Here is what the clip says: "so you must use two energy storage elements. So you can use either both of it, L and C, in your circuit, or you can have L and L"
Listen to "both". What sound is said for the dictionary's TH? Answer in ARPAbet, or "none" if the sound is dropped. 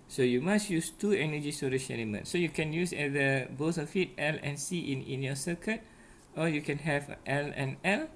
S